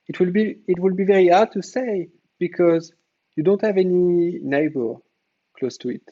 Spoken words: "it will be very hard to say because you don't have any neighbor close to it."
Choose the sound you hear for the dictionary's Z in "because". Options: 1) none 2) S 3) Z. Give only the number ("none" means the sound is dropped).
3